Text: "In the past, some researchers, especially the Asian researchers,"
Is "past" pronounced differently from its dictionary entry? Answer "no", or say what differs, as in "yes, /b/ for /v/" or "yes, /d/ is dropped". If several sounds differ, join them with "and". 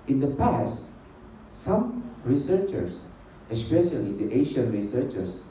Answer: no